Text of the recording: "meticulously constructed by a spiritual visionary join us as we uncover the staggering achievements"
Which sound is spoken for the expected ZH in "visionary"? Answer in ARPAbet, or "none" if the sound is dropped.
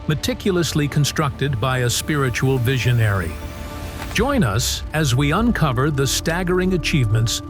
ZH